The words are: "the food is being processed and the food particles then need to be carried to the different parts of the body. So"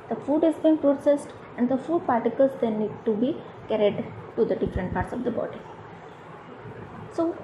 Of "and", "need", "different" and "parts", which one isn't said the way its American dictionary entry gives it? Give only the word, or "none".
none